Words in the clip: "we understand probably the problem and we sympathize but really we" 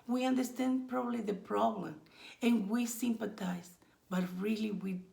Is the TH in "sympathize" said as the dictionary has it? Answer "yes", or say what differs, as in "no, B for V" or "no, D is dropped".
no, T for TH